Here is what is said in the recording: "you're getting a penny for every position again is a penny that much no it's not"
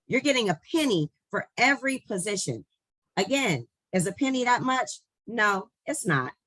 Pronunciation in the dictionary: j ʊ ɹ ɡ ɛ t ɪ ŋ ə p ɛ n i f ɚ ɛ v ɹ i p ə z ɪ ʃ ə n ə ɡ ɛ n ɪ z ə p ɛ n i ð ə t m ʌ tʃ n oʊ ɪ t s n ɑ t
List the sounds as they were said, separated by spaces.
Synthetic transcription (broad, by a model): j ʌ ɹ ɡ ɛ t ɪ ŋ ə p ɛ n i f ɚ ɛ v ɹ i p ə z ɪ ʃ ə n ə ɡ ɛ n ɪ z ə p ɛ n i ð ə t m ʌ tʃ n oʊ ɪ t s n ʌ t